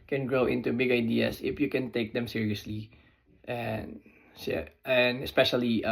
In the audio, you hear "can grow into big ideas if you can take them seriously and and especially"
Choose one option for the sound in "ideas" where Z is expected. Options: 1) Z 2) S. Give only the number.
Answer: 2